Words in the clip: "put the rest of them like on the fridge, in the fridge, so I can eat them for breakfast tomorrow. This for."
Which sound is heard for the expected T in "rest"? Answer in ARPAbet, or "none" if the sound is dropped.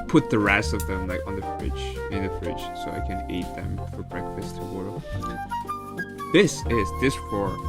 none